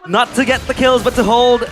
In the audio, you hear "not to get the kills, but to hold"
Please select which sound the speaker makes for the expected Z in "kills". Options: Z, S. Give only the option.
Z